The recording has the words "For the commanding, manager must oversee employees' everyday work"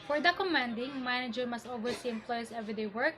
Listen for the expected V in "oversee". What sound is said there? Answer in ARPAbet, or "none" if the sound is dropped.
W